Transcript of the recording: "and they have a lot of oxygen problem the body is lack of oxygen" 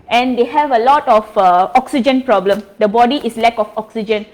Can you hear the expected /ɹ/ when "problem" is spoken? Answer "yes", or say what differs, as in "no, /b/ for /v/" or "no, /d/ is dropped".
yes